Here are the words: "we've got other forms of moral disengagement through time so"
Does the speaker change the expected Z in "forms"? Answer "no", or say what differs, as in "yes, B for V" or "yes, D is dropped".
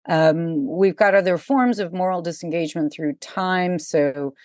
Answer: no